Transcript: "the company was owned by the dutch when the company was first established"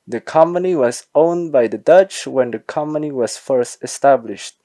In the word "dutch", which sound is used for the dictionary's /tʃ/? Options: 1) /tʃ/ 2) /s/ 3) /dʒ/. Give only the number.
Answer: 1